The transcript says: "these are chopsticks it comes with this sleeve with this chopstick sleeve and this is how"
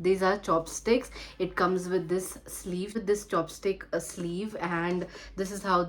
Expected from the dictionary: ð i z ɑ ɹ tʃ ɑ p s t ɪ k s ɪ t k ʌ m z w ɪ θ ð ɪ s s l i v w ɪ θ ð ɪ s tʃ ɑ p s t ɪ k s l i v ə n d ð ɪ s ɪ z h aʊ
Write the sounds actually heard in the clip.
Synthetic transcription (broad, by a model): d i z ɑ ɹ tʃ ɑ p s t ɪ k s ɪ t k ʌ m z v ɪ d ɪ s s l i v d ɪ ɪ s tʃ ɑ p s t ɪ k s l i v ə n d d ɪ s ɪ z h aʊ